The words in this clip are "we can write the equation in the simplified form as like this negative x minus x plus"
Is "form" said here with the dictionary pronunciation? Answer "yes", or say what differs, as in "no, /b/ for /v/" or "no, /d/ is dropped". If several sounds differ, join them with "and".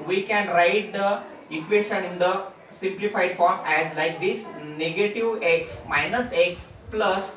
yes